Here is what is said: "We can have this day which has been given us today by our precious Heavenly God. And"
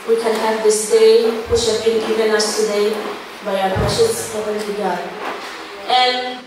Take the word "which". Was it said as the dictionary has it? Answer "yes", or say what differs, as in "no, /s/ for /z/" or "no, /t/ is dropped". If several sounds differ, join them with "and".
no, /ʃ/ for /tʃ/